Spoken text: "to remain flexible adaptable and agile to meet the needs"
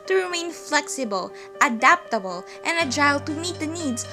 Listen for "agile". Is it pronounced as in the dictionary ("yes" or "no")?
no